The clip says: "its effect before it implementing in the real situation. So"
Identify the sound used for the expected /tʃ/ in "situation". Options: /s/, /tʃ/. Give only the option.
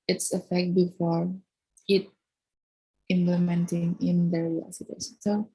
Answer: /s/